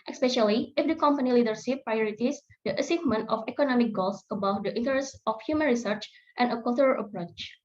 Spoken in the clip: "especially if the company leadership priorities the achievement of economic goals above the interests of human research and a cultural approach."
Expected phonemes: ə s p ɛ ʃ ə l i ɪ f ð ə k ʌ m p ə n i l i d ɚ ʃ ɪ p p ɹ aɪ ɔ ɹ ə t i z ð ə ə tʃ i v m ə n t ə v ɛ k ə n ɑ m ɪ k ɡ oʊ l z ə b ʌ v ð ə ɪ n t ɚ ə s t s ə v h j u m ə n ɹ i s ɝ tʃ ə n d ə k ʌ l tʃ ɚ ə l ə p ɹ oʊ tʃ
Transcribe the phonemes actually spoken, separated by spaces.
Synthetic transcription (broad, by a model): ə s p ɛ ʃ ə l i ɪ f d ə k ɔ m p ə n i l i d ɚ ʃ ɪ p p ɹ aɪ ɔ ɹ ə t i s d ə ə s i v m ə n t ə f ɛ k ə n ɑ m ɪ k ɡ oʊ l s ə b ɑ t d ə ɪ n t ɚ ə s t ə f h j u m ə n ɹ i s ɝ tʃ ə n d ə k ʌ l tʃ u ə l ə p ɹ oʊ tʃ